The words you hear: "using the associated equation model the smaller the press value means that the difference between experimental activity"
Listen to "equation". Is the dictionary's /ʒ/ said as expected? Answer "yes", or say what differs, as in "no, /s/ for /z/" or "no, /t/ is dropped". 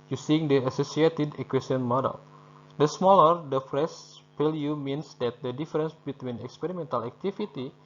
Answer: no, /s/ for /ʒ/